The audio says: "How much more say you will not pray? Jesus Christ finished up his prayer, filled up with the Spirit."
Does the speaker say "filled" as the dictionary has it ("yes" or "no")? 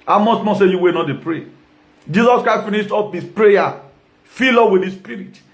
no